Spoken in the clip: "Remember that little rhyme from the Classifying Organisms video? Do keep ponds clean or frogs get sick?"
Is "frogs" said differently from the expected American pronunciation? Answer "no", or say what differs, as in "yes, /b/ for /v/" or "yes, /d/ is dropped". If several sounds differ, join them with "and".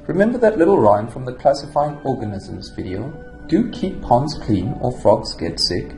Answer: no